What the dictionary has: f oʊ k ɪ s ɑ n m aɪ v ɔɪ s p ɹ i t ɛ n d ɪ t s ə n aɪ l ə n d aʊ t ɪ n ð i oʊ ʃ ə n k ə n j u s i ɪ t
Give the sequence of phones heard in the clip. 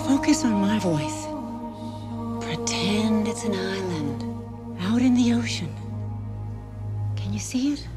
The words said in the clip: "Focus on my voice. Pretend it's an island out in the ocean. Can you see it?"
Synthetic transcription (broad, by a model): f oʊ k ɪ s n m aɪ v ɔɪ s p ɹ i t ɛ n d ɪ t s ə n aɪ l ə n d aʊ t ɪ n ð i oʊ ʃ ə n k ə n j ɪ s i ɪ t